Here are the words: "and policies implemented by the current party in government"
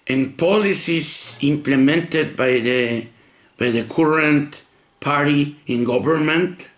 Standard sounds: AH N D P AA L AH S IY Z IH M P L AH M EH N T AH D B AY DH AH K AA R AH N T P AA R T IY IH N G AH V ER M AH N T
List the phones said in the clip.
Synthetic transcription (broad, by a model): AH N P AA L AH S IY S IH M P L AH M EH N T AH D B AY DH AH K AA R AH N T P AA R T IY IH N G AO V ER M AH N T